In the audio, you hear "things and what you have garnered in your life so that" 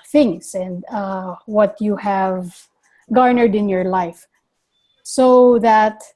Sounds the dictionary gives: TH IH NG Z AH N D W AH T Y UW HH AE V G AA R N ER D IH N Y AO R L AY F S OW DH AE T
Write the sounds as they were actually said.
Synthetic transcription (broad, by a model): TH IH NG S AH N D W AH T Y UW HH AE V G AA R N ER D IH N Y AO R L AY F S OW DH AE T